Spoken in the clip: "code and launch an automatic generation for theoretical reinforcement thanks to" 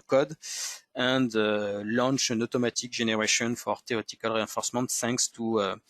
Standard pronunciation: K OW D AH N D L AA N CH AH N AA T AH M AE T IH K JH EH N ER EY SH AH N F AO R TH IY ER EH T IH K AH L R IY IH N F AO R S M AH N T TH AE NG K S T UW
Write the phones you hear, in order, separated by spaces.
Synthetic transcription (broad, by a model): K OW D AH N D L AA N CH AH N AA T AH M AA T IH K ZH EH N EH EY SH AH N F AO R T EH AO T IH K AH L R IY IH F AO R S M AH N T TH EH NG K S T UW